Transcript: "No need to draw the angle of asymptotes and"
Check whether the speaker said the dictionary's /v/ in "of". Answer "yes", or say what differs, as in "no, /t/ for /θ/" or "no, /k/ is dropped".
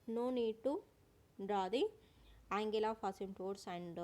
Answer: no, /p/ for /v/